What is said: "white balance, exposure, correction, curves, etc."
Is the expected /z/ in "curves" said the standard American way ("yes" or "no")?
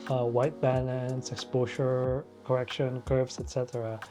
no